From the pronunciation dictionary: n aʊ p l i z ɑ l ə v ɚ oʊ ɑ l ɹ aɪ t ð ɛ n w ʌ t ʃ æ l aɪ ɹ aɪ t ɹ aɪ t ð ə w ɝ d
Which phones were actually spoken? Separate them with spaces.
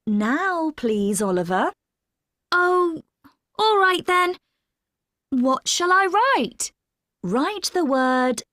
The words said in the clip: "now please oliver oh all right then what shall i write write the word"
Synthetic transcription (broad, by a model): n aʊ p l i z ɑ l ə v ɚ oʊ ɑ l ɹ aɪ t ð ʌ n w ʌ t ʃ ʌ l aɪ ɹ aɪ t ɹ aɪ t ð ə w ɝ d